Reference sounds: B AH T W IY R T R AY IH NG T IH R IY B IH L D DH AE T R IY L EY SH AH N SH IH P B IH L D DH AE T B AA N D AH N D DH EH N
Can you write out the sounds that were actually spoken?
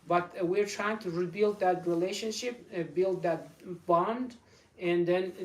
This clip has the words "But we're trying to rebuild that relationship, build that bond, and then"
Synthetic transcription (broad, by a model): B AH T W IY R T R AY IH NG T IH R IY B IH L D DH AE T R IY L EY SH AH N SH IH P B IH L D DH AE T B AA N D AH N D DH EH N